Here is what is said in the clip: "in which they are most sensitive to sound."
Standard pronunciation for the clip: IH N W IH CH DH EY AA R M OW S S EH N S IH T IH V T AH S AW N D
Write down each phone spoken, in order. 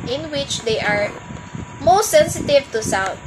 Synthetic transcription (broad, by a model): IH N W IH CH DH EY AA R M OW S S EH N S IH T IH V T AH S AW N